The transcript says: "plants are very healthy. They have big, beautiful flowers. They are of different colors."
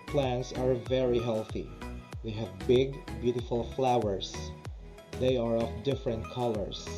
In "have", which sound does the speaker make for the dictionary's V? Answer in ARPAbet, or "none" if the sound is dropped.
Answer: V